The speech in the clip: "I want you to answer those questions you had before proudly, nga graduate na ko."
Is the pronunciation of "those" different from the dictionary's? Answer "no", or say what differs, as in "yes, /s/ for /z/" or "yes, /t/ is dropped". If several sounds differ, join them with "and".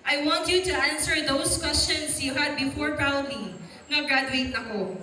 yes, /s/ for /z/